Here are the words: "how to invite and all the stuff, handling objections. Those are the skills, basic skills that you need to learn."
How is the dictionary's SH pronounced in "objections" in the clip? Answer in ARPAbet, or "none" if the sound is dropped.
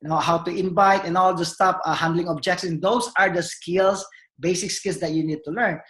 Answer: S